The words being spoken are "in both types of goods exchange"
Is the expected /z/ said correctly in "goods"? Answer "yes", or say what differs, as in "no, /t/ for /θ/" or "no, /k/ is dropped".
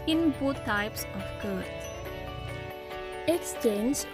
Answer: no, /z/ is dropped